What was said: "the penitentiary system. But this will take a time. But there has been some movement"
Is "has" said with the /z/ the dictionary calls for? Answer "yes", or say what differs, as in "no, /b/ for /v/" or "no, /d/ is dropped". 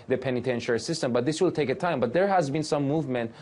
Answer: yes